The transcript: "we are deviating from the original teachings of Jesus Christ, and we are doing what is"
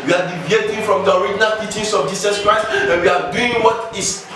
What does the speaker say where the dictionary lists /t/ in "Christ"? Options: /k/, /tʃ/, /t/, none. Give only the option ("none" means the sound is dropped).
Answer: none